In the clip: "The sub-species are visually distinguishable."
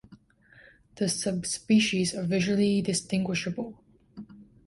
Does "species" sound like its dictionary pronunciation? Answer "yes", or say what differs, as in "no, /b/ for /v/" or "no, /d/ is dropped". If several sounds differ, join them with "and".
yes